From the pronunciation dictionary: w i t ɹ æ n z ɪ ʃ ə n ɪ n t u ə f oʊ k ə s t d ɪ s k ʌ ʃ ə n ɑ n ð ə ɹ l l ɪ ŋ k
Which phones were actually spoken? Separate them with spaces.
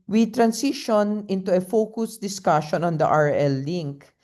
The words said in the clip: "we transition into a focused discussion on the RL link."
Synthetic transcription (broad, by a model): w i t ɹ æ n s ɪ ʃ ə n ɪ n t u ə f oʊ k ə s d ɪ s k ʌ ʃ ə n ɑ n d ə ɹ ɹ l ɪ ŋ k